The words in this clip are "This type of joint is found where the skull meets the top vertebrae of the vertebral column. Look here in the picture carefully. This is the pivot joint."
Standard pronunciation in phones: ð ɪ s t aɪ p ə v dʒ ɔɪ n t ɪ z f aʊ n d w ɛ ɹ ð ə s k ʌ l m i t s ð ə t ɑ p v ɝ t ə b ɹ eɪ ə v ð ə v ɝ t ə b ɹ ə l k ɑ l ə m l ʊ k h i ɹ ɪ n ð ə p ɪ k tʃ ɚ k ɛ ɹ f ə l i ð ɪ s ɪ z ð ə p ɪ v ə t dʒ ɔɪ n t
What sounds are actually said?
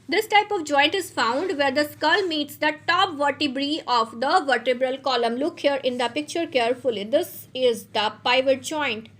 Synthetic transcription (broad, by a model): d ɪ s t aɪ p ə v dʒ ɔɪ n t ɪ z f aʊ n d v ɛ ɹ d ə s k ʌ l m i t s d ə t ɑ p v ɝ t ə b ɹ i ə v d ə v ɝ t ə b ɹ ə l k ɑ l ə m l ʊ k h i ɹ ɪ n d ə p ɪ k tʃ ɚ k ɛ ɹ f ə l i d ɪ s ɪ z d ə p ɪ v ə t dʒ ɔɪ n t